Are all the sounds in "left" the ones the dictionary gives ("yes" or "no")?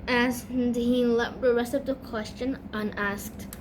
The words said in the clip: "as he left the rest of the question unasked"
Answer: no